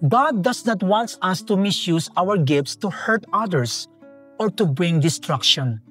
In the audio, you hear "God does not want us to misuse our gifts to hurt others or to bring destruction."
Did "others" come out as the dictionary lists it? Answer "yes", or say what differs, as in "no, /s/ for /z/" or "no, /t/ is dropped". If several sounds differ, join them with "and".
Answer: no, /s/ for /z/